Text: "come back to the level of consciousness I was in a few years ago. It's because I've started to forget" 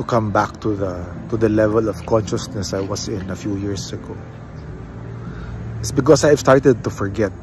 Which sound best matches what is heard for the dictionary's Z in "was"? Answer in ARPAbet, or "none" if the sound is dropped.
S